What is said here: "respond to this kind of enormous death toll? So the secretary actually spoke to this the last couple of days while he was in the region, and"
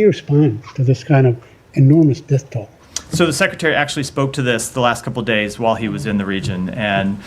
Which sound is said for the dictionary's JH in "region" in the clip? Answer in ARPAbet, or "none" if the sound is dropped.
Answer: JH